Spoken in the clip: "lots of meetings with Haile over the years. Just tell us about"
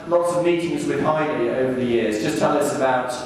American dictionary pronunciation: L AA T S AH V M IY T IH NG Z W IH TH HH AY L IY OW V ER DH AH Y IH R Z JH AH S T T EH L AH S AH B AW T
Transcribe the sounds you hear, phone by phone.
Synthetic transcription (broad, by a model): L AA T S AH V M IY T IH NG Z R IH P AY N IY OW V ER DH AH Y IH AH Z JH AH S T T EH L AH S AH B AW T